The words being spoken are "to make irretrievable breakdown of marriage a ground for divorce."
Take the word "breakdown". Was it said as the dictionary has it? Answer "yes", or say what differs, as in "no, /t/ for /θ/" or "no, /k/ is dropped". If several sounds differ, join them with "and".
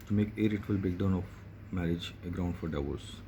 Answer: no, /ɹ/ is dropped